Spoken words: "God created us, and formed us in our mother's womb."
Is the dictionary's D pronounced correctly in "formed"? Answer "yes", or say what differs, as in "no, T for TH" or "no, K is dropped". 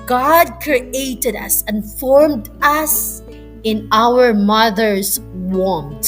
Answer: yes